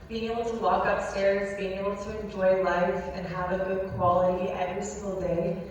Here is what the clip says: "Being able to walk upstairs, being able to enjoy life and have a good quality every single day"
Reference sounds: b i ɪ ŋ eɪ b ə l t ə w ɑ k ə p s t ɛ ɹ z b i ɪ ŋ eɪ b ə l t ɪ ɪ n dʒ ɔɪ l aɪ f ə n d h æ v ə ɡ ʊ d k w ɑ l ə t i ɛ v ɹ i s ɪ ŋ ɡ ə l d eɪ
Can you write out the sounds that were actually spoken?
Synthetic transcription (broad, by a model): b i ɪ ŋ eɪ b l t ə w ɑ k ə p s t ɛ ɹ z b i ɪ ŋ eɪ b l t ɪ ɪ n dʒ ɔɪ l aɪ f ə n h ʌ v ə ɡ ʊ d k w ɑ l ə t i ɛ v ɹ i s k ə l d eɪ